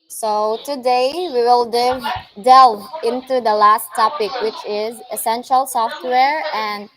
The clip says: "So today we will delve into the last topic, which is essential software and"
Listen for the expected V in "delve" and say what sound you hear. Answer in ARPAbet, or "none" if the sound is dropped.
none